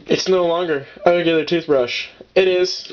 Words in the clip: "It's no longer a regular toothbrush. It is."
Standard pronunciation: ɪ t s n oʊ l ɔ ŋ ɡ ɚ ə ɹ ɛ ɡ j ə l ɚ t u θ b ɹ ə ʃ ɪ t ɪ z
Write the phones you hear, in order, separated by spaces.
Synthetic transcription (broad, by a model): ɪ t s n oʊ l ɔ ŋ ɡ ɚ ə ɹ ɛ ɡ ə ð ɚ t u θ b ɹ ə ʃ ɪ t ɪ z